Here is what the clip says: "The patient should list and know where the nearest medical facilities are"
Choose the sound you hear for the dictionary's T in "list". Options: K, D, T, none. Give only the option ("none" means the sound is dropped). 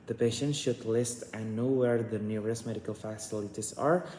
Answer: T